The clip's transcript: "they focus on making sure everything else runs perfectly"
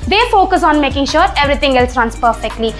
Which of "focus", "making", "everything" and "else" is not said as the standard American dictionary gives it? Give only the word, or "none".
everything